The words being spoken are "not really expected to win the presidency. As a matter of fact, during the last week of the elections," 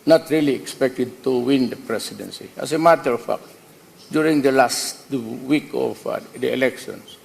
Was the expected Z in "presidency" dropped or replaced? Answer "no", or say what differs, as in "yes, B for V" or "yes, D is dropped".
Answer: yes, S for Z